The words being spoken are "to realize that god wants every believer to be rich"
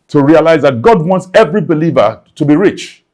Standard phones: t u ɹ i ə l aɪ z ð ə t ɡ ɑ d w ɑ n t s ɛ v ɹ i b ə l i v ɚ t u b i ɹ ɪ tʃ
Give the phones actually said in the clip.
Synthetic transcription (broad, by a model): t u ɹ i ə l aɪ z ð ə t ɡ ɑ d w ɑ n t s ɛ v ɹ i b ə l i v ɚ t u b i ɹ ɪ tʃ